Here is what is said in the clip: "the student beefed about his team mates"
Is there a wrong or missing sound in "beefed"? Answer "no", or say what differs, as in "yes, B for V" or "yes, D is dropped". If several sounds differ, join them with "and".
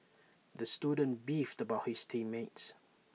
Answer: no